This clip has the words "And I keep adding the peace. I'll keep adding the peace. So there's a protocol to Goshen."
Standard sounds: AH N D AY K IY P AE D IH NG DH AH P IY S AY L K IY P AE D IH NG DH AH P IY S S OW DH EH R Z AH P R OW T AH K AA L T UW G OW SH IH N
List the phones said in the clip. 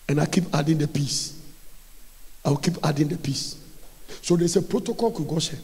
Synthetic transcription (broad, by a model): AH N AY K IY P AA D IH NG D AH P IY S AY W K IY P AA D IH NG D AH P IY S S OW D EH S AH P R OW T AH K AA L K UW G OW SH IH